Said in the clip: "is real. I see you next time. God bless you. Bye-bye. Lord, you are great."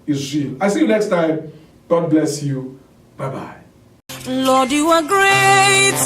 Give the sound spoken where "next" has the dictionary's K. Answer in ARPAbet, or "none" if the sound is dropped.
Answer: K